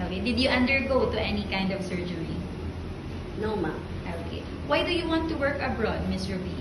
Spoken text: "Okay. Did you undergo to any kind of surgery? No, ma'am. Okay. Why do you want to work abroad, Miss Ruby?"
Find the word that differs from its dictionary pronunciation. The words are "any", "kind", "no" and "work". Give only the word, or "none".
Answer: none